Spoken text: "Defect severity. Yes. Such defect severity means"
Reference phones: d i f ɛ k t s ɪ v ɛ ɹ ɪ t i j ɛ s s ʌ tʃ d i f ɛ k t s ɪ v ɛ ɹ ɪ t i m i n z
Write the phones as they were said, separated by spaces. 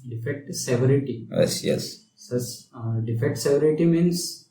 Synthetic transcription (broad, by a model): d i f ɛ k t s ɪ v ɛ ɹ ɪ t i j ɛ s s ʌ s d i f ɛ k t s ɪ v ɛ ɹ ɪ t i m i n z